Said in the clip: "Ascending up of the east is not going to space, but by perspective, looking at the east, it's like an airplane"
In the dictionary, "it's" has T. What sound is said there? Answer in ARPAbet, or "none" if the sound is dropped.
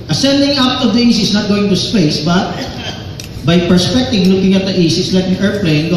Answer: S